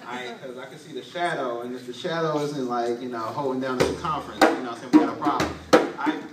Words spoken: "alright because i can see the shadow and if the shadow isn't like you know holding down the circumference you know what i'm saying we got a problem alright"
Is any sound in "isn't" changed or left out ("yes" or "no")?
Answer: no